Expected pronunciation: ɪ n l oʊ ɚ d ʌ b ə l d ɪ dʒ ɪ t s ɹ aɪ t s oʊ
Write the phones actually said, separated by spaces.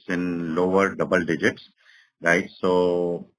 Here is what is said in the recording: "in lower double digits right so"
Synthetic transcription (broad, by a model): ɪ n l oʊ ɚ d ʌ b ə l d ɪ dʒ ɪ t s ɹ aɪ t s oʊ